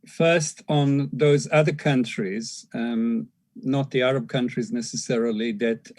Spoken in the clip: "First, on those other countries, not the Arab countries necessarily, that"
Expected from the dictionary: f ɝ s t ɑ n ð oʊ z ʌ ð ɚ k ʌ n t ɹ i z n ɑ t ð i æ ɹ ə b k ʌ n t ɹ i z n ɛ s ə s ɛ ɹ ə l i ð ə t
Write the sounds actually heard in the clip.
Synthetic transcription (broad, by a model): f ɝ s t n ð oʊ z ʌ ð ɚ k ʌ n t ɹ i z n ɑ t ð i æ ɹ ə b k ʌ n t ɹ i z n ɛ s ə s ɛ ɹ ə l i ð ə t